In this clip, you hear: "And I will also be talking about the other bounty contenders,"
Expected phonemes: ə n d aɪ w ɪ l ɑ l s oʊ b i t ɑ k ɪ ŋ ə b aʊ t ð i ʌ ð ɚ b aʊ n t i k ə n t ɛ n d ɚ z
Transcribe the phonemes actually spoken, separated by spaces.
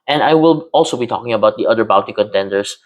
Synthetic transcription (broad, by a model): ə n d aɪ w ɪ l ɑ l s oʊ b i t ɑ k ɪ ŋ ə b aʊ t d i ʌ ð ɚ b aʊ t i k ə n t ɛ n d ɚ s